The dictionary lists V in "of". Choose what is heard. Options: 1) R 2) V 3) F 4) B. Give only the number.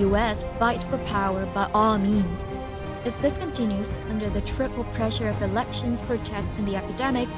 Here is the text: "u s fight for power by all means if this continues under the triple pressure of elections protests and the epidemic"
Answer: 2